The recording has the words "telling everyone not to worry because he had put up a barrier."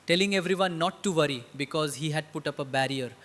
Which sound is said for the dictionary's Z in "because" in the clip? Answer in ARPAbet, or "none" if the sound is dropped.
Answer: Z